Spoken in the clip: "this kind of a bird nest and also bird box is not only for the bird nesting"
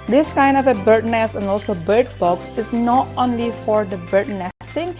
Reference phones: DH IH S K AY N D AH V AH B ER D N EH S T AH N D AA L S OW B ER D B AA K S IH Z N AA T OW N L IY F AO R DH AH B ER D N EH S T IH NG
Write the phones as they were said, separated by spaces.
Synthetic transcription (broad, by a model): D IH S K AY N D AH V AH B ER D N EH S AH N D AA L S OW B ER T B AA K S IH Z N AA T OW N L IY F AO R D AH B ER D N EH S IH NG